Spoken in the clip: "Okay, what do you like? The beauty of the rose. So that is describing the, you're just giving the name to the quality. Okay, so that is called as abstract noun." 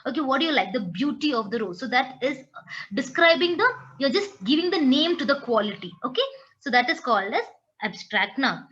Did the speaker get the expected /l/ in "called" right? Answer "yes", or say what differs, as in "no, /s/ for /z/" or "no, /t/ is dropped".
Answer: yes